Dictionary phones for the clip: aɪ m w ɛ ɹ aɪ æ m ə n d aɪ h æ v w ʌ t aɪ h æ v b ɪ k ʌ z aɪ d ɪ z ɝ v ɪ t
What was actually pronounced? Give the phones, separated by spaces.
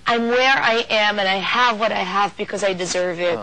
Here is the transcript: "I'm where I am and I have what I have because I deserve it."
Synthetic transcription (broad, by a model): aɪ m w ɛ ɹ aɪ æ m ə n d aɪ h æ v w ʌ t aɪ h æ v b ɪ k ʌ z aɪ d ɪ z ɝ v ɪ t